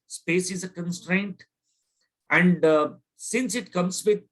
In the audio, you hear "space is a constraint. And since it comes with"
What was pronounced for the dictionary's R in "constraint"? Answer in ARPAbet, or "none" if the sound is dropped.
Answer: R